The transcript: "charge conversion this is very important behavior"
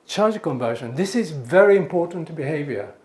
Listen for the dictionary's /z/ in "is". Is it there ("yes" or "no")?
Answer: yes